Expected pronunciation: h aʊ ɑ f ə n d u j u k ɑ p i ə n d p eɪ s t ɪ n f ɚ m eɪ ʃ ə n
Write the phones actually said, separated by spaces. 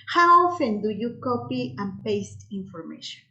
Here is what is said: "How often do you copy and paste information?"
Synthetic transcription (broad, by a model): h aʊ ɑ f ə n d u j u k ɑ p i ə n p eɪ s t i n f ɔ m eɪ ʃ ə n